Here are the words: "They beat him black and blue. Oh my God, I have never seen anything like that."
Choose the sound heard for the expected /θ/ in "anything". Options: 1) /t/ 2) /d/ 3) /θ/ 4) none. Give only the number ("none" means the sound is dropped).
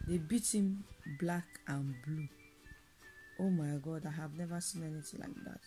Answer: 1